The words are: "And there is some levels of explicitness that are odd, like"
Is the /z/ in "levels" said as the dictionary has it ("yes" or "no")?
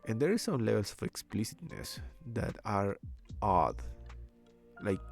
no